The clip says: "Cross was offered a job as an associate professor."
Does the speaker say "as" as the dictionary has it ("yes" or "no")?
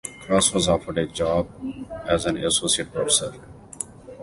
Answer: yes